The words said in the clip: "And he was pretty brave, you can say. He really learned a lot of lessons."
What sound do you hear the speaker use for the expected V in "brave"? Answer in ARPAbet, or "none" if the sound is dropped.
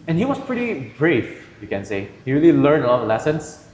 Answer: F